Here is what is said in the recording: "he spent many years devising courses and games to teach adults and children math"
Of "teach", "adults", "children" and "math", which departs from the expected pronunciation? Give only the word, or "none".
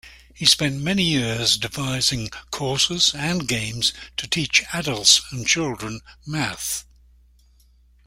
none